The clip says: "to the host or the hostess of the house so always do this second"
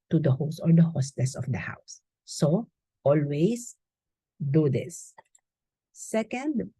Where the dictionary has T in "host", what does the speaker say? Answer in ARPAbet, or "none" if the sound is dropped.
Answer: none